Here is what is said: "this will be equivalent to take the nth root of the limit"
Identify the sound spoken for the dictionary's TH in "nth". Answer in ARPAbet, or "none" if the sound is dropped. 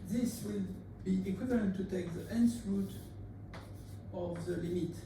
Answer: S